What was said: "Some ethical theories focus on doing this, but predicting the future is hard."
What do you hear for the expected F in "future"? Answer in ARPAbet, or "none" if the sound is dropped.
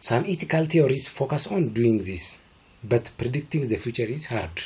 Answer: F